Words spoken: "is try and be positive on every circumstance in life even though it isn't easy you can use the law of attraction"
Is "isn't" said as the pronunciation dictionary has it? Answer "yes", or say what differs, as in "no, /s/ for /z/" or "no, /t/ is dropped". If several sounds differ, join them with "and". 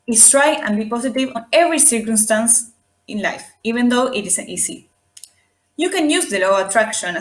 no, /s/ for /z/